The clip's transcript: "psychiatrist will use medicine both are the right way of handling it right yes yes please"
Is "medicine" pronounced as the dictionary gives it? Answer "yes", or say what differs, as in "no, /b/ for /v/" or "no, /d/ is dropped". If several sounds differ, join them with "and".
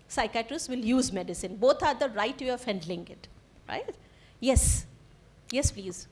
yes